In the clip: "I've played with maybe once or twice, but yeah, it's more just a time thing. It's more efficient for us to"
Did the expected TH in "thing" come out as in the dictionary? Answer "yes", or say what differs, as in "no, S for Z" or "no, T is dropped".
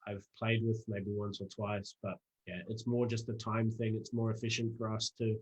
yes